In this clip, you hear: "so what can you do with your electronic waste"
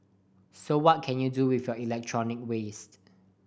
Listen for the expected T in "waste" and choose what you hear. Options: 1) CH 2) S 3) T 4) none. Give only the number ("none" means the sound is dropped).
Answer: 3